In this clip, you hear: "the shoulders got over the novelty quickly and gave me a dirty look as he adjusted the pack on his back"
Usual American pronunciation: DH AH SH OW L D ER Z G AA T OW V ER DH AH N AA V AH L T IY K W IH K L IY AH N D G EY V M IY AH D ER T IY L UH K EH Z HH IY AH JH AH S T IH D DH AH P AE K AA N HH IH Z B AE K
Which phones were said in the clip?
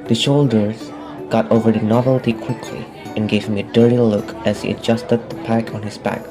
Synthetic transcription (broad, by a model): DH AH SH OW L D ER Z G AA T OW V ER DH AH N AA V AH L T IY K W IH K L IY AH N G EY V M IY AH D ER T IY L UH K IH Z HH IY AH JH AH S T IH D DH AH P AE K N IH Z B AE K